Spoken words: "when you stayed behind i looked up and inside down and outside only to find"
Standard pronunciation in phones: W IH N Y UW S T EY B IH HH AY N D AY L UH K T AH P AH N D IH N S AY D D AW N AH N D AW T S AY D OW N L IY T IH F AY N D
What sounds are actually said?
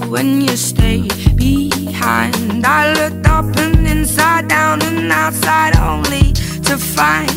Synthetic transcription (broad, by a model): W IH N Y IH S T EY B IH HH AY N D AY L UH K T AH P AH N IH N S AY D D AW N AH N AW T S AY D OW N L IY T IH F AY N